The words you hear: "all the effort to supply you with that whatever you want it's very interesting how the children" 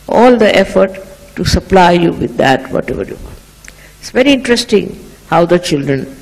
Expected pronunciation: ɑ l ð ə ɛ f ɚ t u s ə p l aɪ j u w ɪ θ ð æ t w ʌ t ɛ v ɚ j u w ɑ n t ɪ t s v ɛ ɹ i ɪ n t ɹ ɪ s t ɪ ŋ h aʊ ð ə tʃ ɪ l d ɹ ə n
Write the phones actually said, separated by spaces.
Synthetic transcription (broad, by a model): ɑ l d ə ɛ f ɚ t u s ə p l aɪ j u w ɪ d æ t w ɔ t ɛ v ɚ j u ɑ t ɪ t s v ɛ ɹ i ɪ n t ɹ ɪ s t ɪ ŋ h aʊ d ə tʃ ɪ l d ɹ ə n